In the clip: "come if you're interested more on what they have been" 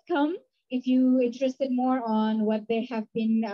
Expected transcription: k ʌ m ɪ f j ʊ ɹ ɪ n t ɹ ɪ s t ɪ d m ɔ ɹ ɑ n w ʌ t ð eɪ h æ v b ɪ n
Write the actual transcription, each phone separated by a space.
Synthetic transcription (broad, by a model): k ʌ m ɪ f j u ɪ n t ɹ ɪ s t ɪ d m ɔ ɹ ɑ n w ʌ t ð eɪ h æ v b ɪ n